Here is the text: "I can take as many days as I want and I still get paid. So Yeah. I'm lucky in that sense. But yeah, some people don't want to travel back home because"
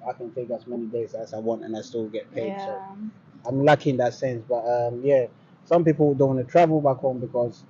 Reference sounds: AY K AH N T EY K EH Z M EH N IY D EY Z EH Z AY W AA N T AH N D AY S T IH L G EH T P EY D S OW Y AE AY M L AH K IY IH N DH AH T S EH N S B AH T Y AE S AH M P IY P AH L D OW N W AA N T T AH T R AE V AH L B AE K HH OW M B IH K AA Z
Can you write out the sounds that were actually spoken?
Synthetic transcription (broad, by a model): AY K AH N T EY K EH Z M EH N IY D EY Z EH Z AY W AA N T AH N AY S T IH L G EH T P EY D S OW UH AY M L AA K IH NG DH AH T S EH N S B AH T Y AE S AH M P IY P L D OW N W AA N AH T R AE V AH L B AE K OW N B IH K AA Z